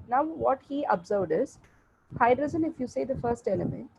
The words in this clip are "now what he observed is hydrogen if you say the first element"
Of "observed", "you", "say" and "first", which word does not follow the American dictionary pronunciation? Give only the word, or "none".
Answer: none